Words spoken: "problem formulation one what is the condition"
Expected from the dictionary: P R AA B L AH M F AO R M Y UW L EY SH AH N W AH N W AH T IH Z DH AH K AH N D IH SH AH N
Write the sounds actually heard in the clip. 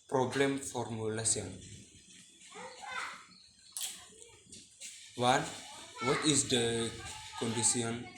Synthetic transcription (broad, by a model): P R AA B L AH M F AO R M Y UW L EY S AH N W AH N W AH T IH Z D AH K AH N D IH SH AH N